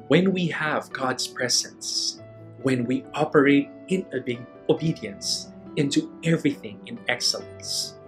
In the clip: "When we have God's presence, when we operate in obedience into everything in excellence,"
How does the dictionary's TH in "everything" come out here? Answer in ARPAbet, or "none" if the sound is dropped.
TH